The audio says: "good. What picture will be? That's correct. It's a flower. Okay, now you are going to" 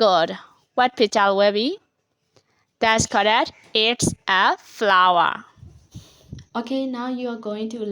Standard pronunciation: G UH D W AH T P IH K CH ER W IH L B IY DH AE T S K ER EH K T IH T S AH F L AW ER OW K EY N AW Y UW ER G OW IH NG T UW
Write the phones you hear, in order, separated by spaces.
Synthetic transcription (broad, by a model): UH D W AH T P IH CH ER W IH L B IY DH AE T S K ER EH T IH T S AH F L AW ER OW K EY N AW Y UW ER G OW IH NG T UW